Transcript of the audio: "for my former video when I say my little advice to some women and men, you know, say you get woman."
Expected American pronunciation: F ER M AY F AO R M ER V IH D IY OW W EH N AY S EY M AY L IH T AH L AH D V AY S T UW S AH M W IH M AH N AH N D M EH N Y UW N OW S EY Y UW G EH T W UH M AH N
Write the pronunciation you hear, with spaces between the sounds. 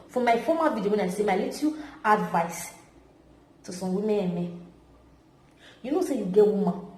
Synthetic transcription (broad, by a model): F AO M AY F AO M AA V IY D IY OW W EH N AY S EY M AY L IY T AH AH D V AY S T UW S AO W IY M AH AH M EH Y UW N OW S EY Y UW G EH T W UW M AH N